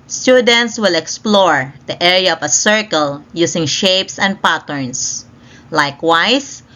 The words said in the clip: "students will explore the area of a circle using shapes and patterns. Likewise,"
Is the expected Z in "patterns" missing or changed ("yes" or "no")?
yes